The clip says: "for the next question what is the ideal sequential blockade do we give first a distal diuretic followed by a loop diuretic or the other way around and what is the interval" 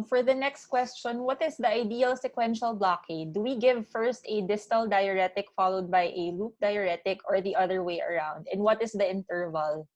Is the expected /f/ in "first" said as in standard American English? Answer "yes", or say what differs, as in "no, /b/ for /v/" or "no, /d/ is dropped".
yes